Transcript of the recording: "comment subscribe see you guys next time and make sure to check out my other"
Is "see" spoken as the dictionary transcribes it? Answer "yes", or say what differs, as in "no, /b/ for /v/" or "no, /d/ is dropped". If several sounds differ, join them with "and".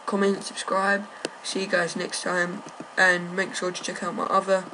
no, /ʃ/ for /s/